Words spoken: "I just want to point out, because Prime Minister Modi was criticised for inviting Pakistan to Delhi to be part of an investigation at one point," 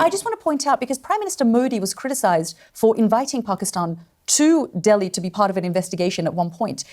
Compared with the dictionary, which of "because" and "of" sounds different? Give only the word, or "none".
none